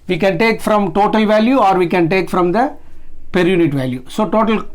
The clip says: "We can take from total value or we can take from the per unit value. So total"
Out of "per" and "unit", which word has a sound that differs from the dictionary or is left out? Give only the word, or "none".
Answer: none